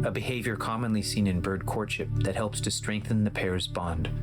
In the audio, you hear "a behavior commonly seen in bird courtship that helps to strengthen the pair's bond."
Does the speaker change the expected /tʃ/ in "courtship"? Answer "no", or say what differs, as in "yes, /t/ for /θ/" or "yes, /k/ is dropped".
no